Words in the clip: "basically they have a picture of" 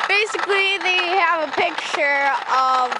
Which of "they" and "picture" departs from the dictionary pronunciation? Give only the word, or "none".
none